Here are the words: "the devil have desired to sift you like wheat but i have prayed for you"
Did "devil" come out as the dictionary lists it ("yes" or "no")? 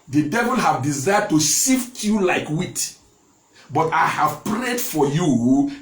yes